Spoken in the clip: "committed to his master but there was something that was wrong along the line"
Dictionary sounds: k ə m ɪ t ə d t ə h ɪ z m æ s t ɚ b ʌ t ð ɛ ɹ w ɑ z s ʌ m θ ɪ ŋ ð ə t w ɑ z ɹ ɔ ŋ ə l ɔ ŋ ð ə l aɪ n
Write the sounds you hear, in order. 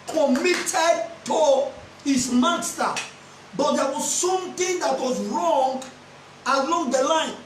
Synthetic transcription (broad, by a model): k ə m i t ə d t ə h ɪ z m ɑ s t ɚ b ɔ t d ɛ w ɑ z s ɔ m t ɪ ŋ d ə t w ɑ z ɹ ɔ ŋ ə l ɔ ŋ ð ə l aɪ n